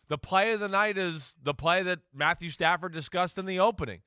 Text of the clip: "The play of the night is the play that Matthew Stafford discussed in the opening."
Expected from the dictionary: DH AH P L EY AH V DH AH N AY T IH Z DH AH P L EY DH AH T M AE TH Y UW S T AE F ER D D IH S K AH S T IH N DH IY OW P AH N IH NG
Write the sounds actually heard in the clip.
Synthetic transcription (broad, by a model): DH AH P L EY AH V DH AH N AY T IH Z DH AH P L EY DH AH T M AE TH Y UW S T AE F ER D D IH S K AH S T IH N DH IY OW P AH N IH NG